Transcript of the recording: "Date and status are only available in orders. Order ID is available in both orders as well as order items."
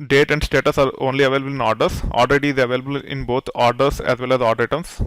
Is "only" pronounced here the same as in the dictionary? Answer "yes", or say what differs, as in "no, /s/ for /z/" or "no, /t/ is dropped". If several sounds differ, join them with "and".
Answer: yes